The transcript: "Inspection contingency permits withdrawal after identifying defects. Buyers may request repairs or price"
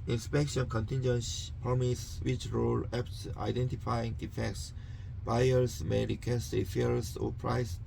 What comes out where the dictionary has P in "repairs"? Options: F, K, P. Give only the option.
F